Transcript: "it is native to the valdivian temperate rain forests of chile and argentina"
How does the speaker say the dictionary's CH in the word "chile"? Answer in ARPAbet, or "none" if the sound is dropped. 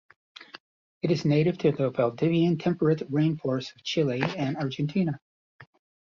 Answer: CH